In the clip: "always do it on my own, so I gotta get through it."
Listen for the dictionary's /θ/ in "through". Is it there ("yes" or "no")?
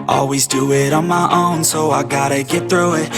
yes